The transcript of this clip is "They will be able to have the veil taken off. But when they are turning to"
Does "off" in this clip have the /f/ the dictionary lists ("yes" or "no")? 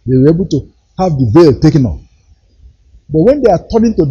no